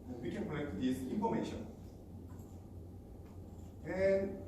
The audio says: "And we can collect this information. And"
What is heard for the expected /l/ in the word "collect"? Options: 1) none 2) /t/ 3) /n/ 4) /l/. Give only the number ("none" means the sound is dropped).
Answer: 3